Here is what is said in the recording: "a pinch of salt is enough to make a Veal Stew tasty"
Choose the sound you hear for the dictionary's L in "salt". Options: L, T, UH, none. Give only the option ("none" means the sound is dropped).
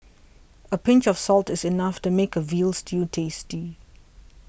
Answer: L